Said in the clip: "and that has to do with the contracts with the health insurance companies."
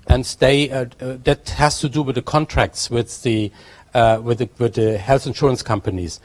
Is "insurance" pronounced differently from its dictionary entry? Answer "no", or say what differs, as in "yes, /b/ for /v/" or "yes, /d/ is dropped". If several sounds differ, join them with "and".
no